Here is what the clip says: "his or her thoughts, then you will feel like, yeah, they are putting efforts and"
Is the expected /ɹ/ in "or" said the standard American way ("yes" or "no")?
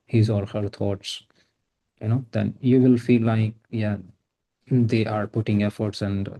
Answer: no